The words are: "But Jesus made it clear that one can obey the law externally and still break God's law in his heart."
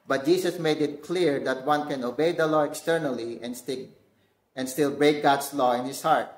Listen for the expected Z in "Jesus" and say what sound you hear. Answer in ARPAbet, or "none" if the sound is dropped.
S